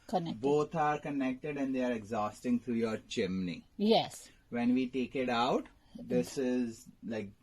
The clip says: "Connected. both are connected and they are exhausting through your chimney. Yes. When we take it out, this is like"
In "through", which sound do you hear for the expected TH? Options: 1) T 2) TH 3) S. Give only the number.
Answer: 1